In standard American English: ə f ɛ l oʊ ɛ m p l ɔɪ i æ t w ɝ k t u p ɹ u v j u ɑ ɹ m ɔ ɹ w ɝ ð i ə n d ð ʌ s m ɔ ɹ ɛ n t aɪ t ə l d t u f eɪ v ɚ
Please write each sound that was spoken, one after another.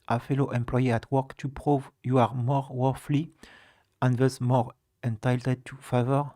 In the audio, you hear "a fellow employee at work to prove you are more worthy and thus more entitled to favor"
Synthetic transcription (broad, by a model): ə f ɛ l oʊ ɛ m p l ɔɪ i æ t w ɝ k t u p ɹ u v j u ɑ ɹ m ɔ ɹ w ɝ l i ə n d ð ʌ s m ɔ ɹ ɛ n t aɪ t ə d t u f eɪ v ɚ